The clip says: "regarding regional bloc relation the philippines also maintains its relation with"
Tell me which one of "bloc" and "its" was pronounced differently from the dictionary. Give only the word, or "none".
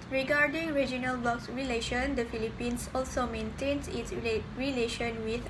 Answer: bloc